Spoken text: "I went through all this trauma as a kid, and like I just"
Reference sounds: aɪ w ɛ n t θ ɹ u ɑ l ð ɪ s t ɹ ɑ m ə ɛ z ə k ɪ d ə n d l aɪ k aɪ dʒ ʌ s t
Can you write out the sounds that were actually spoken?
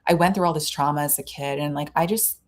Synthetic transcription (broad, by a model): aɪ w ɛ n θ ɹ u ɑ l ð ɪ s t ɹ ɑ m ə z ə k ɪ d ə n l aɪ k aɪ dʒ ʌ s t